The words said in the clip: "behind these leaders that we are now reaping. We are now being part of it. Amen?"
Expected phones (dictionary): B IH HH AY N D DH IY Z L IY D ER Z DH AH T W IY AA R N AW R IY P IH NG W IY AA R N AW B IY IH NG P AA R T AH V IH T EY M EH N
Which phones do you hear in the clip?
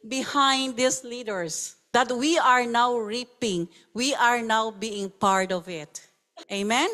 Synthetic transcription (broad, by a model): B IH HH AY N D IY S L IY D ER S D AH T W IY AA R N AW R IY P IH NG W IY AA R N AW B IY IH NG P AA R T AH V IH T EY M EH N